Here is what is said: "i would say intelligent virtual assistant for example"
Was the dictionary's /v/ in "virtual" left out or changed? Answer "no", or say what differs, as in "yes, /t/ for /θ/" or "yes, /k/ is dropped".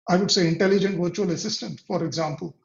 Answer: no